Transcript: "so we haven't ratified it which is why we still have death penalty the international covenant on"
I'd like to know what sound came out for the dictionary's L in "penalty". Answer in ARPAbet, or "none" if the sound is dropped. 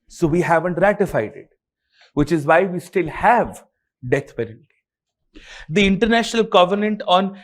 N